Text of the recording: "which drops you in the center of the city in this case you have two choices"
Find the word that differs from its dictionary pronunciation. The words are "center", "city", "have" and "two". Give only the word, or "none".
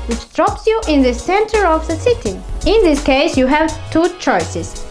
none